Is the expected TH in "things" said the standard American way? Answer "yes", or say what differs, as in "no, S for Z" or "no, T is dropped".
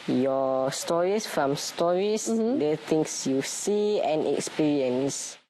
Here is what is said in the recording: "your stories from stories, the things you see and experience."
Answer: no, T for TH